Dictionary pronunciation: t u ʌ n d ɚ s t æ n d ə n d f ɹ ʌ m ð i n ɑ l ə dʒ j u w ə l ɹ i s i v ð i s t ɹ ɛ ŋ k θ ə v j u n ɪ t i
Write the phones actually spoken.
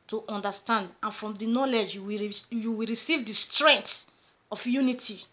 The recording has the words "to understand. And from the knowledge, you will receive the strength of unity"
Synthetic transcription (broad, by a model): t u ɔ n d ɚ s t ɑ n d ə n f ɹ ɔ m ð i n ɑ l ə dʒ j u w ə w ɹ i s i v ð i s t ɹ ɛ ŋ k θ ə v j u n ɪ t i